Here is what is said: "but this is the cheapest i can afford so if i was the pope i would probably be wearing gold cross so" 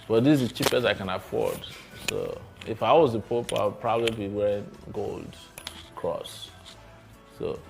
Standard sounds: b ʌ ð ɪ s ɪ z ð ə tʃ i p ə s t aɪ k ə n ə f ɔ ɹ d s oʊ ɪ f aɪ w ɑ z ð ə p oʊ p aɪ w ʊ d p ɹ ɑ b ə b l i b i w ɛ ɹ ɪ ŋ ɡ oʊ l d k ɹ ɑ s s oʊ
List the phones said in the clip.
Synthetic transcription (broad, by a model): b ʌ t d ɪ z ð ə tʃ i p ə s aɪ k ə n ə f ɔ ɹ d s oʊ ɪ f aɪ w ɑ z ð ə p oʊ p aɪ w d p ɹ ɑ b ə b l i b i w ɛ ɹ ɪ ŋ ɡ oʊ l d k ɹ ɑ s s oʊ